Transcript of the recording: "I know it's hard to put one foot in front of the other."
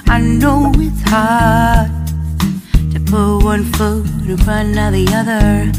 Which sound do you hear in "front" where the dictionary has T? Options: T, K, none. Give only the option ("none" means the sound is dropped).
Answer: none